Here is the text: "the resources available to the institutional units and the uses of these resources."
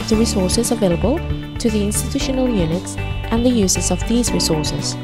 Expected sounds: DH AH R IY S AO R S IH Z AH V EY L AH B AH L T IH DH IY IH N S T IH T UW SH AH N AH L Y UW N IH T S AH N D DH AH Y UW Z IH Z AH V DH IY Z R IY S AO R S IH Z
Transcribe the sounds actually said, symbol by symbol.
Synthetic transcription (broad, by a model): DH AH R IY S AO R S IH Z AH V EY L AH B AH L T IH DH IY IH N S T IH T UW SH AH N AH L Y UW N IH T S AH N DH AH Y UW Z IH Z AH V DH IY Z R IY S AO R S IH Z